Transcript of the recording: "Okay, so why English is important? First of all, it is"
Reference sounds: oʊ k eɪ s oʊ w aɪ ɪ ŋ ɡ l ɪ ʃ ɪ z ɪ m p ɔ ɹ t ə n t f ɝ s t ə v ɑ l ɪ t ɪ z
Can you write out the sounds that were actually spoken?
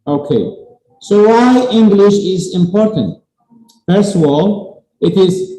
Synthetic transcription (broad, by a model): oʊ k eɪ s oʊ w aɪ ɪ ŋ ɡ l ɪ ʃ ɪ z ɪ m p ɔ ɹ t ə n t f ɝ s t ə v ɑ l ɪ t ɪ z